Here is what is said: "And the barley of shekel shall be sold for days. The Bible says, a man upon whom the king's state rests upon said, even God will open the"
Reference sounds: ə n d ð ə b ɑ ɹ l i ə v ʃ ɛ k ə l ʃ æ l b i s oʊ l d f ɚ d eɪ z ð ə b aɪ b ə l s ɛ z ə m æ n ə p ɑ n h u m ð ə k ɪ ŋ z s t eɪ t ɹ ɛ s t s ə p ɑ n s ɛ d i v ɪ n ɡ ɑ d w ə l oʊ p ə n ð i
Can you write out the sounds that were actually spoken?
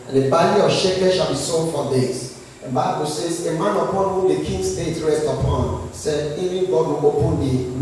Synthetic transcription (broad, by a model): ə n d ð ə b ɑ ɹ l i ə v ʃ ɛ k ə ʃ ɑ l b i s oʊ d f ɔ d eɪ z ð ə b aɪ b ə l s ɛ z ə m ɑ n ə p ɑ n h u m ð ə k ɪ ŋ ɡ s t eɪ t ɹ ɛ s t ə p ɑ n s ɛ d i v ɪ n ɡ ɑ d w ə oʊ p ə n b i